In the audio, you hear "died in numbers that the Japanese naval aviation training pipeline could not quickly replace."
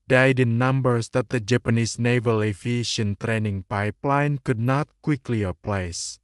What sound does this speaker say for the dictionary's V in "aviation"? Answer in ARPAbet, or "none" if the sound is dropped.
F